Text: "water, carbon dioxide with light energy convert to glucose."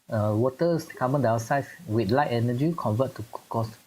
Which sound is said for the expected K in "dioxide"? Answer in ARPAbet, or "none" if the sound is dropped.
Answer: none